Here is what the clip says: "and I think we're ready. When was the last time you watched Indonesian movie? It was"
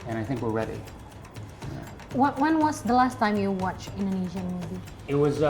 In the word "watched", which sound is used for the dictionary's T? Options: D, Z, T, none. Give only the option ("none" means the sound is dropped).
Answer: none